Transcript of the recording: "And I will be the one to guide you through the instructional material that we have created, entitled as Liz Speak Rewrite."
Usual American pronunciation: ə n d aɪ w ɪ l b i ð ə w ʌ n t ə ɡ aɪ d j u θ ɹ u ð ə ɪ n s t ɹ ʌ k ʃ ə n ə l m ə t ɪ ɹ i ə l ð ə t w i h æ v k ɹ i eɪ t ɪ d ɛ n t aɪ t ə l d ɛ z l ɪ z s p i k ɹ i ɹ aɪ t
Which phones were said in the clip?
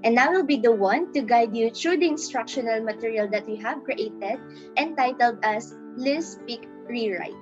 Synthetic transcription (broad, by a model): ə n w w ɪ l b i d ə w ʌ n t ə ɡ aɪ d j u t ɹ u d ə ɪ n s t ɹ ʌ k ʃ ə n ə l m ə t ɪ ɹ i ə l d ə t w i h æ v k ɹ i eɪ t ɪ d ɛ n t aɪ t ə l d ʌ s l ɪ s p i k ɹ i ɹ aɪ t